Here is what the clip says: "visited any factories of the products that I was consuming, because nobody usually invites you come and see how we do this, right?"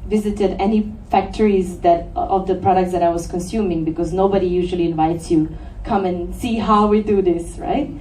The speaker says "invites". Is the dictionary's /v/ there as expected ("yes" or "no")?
yes